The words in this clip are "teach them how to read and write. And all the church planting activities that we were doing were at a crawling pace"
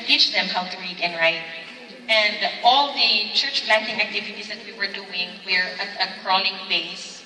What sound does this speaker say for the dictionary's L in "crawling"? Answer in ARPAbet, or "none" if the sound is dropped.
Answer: N